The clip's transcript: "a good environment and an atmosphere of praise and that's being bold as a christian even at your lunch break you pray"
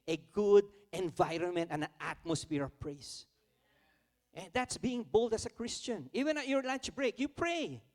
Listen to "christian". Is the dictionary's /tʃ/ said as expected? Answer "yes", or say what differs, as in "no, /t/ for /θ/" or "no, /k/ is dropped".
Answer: yes